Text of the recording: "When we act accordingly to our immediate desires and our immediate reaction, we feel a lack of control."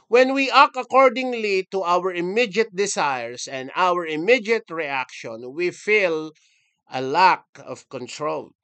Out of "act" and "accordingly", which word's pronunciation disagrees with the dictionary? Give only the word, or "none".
act